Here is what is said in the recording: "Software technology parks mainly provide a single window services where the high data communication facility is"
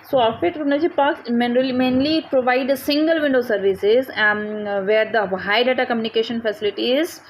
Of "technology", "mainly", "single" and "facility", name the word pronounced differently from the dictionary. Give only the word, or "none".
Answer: technology